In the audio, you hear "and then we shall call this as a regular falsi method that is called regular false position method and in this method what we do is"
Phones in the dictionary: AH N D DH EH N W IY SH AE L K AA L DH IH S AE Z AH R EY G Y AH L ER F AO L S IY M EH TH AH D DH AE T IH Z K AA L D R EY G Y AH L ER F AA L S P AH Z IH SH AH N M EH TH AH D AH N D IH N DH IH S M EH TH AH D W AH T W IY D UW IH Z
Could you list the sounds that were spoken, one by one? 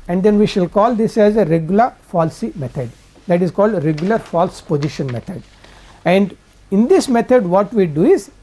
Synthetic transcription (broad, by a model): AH N D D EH N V IY SH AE L K AA L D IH S AE Z AH R EY G Y AH L ER F AO L S IY M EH T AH D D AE T IH Z K AA L D R EY G Y AH L ER F AA L S P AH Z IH SH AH N M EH T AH D AH N D IH N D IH S M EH T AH D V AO T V IY D UW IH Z